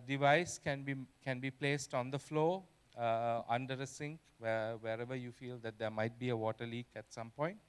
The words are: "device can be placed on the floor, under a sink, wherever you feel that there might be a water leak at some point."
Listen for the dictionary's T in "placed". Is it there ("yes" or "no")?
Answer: yes